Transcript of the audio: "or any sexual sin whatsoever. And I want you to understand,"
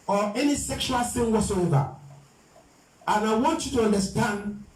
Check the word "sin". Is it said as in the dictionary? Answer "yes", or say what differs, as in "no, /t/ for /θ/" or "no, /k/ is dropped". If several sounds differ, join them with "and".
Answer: no, /θ/ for /s/